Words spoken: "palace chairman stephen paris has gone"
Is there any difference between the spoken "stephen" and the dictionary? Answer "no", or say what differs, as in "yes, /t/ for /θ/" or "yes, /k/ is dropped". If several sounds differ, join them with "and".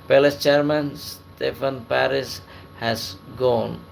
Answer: yes, /f/ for /v/